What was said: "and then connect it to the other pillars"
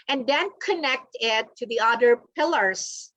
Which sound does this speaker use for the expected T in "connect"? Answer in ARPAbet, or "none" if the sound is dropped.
T